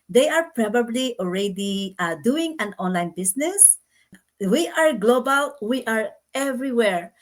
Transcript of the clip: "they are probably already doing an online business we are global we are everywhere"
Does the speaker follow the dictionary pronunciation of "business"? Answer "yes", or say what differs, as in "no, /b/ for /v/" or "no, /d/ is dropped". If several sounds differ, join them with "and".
no, /s/ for /z/